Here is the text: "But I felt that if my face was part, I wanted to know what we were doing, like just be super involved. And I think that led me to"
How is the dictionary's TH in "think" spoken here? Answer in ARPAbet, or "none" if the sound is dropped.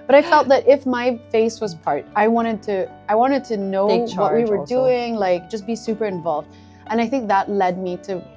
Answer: TH